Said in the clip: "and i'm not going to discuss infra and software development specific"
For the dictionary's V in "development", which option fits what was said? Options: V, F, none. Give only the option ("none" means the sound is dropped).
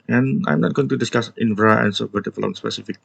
F